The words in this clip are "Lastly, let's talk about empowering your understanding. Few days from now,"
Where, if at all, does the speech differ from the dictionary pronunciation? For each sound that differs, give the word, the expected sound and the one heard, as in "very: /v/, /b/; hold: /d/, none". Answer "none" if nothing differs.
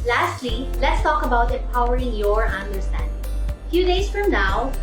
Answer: empowering: /m/, none